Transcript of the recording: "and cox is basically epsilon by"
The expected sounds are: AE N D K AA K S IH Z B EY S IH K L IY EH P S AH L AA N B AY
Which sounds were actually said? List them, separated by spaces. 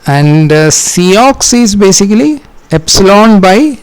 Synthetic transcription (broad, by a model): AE N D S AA K S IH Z B EY S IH K L IY EH P S AH L AA N B AY